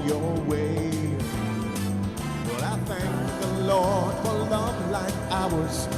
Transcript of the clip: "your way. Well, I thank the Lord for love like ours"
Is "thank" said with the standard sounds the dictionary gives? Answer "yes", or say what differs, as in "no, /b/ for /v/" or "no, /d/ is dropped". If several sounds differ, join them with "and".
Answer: yes